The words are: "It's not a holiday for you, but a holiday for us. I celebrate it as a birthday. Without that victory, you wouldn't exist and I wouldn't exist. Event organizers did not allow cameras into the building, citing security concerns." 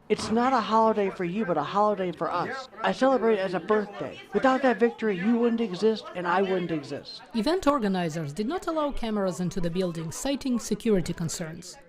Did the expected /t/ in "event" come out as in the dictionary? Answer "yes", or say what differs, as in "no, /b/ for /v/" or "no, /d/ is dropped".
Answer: yes